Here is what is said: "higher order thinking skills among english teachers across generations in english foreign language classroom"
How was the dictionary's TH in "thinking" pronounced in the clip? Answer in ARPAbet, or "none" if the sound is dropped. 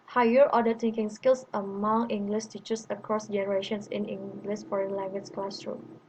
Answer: T